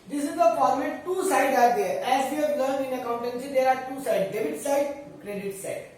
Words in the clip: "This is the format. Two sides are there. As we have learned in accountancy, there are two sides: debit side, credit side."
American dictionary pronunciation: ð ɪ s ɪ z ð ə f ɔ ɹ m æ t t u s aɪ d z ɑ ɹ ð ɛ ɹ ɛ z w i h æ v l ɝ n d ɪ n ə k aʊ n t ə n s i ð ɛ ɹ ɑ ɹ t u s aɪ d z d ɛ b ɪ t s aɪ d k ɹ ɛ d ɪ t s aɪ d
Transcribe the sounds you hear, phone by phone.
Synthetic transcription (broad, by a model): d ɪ s ɪ z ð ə p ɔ l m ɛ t t u s aɪ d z ɑ ɹ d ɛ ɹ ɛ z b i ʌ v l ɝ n ɪ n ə k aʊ n t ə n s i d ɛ ɹ ɑ ɹ t u s aɪ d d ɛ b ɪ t s aɪ d k ɹ ɛ d ɪ t s aɪ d